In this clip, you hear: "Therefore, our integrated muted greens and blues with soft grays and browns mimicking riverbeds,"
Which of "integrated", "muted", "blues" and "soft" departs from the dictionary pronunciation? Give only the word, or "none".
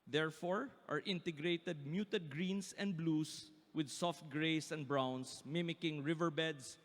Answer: blues